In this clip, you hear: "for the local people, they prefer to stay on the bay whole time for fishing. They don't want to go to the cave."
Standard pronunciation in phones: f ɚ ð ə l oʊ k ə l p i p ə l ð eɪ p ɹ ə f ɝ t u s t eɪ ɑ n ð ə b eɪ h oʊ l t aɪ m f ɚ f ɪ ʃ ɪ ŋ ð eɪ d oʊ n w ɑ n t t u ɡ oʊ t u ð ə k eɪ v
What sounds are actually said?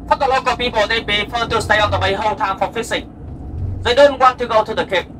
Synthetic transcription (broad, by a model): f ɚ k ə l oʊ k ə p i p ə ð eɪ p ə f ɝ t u s t eɪ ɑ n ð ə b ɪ h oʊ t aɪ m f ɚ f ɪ s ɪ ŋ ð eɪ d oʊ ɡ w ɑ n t t u ɡ oʊ t u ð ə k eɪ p